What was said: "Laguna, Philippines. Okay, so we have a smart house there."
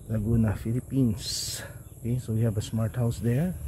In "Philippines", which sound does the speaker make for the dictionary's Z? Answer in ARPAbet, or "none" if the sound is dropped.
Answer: S